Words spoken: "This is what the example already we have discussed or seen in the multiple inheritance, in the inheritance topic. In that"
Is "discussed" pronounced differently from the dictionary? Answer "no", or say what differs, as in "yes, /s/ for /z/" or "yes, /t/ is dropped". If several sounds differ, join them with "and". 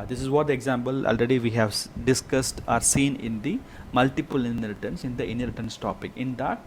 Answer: no